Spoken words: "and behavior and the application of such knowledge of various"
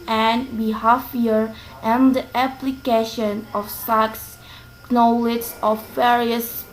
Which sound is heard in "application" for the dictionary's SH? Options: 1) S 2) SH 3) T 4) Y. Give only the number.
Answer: 2